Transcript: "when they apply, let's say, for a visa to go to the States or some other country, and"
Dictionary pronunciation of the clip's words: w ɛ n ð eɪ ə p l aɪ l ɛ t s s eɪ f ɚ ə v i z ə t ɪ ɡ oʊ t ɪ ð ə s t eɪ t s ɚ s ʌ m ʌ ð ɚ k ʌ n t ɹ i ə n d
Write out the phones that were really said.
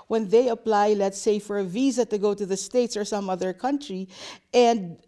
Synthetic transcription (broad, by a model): w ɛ n ð eɪ ə p l aɪ l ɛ t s s eɪ f ɚ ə v i z ə t ɪ ɡ oʊ t ɪ ð ə s t eɪ t s ɚ s ʌ m ʌ ð ɚ k ʌ n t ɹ i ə n d